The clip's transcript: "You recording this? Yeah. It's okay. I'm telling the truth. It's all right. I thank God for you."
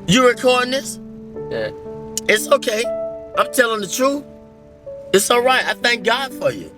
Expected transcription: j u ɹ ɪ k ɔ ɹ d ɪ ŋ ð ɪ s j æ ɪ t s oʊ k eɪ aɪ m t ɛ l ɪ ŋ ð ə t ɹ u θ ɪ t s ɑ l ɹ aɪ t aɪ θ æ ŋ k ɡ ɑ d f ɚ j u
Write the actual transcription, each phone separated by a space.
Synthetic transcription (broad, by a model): j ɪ ɹ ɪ k ɔ ɹ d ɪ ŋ ð ɪ s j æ ɪ t s oʊ k eɪ aɪ m t ɛ l ɪ ŋ ð ə t ɹ u θ ɪ t s ɑ l ɹ aɪ t aɪ θ æ ŋ k ɡ ɑ d f ɚ j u